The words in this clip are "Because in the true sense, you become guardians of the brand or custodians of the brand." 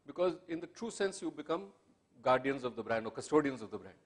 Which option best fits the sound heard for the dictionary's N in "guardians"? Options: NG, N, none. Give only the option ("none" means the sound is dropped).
N